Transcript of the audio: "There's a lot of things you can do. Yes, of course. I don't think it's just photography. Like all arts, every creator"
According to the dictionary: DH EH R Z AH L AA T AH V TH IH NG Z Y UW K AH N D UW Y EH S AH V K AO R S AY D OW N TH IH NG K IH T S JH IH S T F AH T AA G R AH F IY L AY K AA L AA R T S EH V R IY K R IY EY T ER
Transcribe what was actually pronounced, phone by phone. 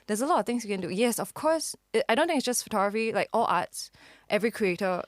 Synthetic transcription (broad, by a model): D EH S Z AH L AA T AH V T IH NG S Y UW K AH N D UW Y EH S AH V K AO S AY D OW N T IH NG IH T S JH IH S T F AH T AA G R AH F IY L AY K AA L AA T S EH V R IY K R IY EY T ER